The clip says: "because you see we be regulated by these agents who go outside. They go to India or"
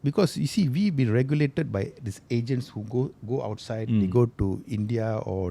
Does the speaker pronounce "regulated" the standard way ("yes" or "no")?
yes